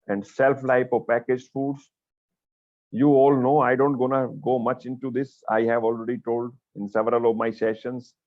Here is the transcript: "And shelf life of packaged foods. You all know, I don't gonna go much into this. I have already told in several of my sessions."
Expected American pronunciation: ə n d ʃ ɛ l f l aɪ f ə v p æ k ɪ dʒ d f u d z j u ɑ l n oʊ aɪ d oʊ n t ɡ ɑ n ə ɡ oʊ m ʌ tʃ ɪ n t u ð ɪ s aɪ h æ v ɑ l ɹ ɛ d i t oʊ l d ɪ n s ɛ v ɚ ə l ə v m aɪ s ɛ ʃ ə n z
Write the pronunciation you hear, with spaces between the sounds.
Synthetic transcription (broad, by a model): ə n d s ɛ l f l aɪ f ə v p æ k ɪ dʒ f u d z j u ɑ l n oʊ aɪ d oʊ n t ɡ ɑ n ə ɡ oʊ m ʌ tʃ ɪ n t u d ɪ s aɪ h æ v ɑ l ɹ ɛ d i t oʊ l d ɪ n s ɛ v ɚ ə l ə v m aɪ s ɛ ʃ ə n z